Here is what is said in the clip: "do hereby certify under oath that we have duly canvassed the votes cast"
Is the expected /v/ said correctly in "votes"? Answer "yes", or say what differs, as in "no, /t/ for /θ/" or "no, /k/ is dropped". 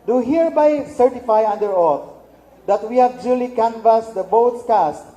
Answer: no, /b/ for /v/